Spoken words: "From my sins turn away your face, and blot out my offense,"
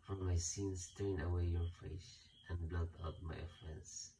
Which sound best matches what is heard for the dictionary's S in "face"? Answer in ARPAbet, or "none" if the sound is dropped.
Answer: SH